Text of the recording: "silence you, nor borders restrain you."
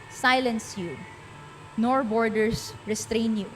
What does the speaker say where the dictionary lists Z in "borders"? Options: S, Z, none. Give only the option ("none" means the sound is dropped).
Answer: S